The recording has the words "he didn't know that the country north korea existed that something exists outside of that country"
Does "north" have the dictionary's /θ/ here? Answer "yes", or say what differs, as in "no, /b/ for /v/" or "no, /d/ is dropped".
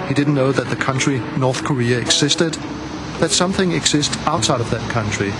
yes